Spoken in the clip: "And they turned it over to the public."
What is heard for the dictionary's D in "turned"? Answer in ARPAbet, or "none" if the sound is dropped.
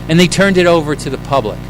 D